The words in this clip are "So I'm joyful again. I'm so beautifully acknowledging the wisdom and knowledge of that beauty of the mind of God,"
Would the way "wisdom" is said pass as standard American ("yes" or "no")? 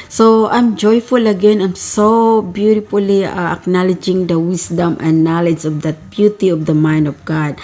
no